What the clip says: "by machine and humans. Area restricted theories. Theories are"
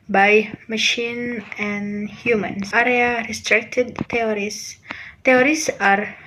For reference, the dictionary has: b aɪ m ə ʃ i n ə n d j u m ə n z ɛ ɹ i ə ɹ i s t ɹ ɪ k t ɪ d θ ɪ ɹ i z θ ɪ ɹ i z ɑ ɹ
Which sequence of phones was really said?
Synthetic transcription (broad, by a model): b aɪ m ə ʃ i n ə n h j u m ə n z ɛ ɹ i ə ɹ i s t ɹ ɪ k t ɪ d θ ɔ ɹ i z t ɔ ɹ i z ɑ ɹ